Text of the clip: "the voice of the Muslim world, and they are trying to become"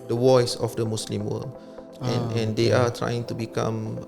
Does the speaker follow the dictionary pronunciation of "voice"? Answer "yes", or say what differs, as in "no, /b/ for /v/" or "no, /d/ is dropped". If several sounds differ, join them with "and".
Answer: no, /w/ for /v/